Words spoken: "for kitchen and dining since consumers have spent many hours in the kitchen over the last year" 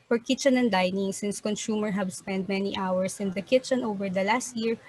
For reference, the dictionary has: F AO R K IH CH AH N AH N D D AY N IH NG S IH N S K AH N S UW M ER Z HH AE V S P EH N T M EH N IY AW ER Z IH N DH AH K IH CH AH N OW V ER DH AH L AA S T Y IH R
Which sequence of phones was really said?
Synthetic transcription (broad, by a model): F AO R K IH CH AH N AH N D D AY N IH NG S IH N S K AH N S UW M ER HH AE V S P EH N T M EH N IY AW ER S IH N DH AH K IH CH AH N OW V ER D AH L AA S T Y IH R